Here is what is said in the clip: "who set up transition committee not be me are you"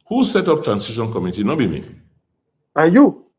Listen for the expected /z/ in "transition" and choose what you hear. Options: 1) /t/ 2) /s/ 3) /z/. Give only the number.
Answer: 2